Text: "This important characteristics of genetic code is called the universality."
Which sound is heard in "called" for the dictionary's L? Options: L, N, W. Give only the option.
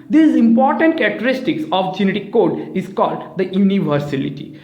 L